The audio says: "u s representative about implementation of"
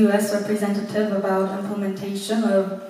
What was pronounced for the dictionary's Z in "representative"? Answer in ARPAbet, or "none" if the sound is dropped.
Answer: Z